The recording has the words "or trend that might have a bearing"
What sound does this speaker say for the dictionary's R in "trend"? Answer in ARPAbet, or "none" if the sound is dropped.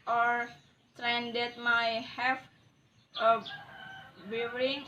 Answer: R